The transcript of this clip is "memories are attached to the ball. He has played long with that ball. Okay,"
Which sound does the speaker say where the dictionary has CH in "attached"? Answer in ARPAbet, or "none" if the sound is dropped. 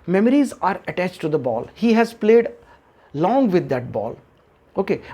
CH